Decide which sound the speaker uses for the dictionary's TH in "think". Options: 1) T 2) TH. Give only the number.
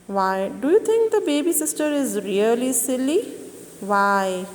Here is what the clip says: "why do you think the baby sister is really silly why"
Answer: 1